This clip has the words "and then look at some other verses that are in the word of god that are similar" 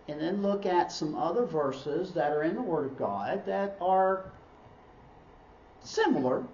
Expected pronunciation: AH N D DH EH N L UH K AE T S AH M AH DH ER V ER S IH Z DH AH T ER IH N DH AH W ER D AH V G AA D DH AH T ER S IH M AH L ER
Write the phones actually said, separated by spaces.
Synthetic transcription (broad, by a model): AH N DH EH N L UH K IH T S AH M AH DH ER V ER S IH Z DH AH T ER IH N DH AH W ER D AH V G AA D DH AH T ER S IH M L ER